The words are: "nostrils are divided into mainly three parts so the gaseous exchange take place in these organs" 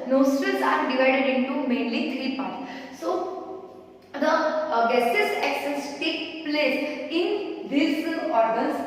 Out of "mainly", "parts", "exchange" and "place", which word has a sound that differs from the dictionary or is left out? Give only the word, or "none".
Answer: exchange